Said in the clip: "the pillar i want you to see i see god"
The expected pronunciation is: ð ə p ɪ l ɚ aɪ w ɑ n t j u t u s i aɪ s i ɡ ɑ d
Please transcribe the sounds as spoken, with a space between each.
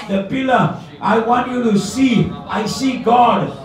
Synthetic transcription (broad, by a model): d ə p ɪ l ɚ aɪ w ɑ n t j u t u s i aɪ s i ɡ ɑ d